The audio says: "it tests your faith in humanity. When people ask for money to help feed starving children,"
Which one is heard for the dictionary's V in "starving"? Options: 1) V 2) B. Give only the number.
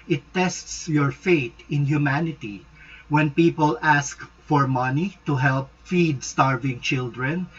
1